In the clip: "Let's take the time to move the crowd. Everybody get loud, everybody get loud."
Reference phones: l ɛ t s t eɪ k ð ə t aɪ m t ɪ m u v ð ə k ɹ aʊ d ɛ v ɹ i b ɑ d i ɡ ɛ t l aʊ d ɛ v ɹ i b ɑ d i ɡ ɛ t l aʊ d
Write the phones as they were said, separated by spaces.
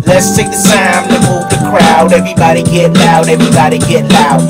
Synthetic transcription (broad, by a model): l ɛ t s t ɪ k ð ə s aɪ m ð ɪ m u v ð ə k ɹ aʊ d ɛ v ɹ i b ɑ d i ɡ ɛ t n aʊ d ɛ v ɹ i b ɑ d i ɡ ɛ t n aʊ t